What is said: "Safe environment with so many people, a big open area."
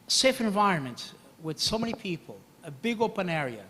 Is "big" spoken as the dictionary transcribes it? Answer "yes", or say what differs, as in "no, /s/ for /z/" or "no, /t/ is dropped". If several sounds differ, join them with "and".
yes